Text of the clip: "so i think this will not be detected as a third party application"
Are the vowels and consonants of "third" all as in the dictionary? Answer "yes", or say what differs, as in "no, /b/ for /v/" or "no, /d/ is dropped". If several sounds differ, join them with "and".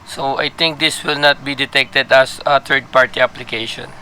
no, /t/ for /θ/